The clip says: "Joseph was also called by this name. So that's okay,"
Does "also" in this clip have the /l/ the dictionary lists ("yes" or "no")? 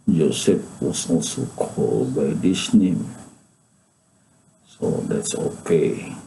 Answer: no